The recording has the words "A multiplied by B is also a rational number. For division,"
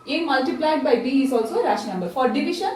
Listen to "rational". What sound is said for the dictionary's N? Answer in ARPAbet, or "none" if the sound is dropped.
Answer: none